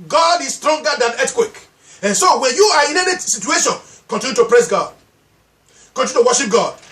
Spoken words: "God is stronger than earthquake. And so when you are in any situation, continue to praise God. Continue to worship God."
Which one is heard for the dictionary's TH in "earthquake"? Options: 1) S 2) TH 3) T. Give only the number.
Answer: 3